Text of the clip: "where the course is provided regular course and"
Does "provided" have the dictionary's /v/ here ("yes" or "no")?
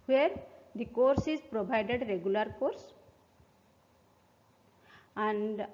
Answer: no